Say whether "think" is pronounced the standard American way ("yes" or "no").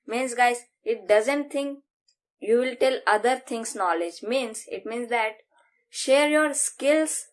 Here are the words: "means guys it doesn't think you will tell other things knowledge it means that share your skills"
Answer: no